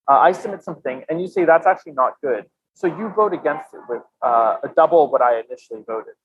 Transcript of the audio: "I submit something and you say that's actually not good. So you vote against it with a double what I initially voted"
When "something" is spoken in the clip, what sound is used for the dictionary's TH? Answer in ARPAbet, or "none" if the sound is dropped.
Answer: TH